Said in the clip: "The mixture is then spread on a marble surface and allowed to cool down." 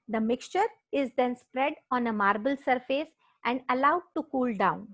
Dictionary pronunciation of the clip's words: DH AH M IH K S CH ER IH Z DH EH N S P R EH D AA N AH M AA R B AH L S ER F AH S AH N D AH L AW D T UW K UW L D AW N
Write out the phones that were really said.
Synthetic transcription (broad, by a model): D AH M IH K S CH ER IH Z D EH N S P R EH D AA N AH M AA R B AH L S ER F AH S AH N D AH L AW D T UW K UW L D AW N